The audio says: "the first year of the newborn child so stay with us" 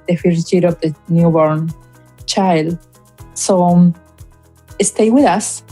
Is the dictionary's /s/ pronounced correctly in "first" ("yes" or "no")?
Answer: no